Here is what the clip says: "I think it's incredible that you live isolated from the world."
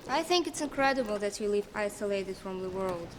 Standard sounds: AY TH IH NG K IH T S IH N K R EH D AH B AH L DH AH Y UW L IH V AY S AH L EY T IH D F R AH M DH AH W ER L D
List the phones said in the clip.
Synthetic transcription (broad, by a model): AY TH IH NG K IH T S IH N K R EH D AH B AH L DH AH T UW L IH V AY S AH L EY T IH D F R AH M DH AH W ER L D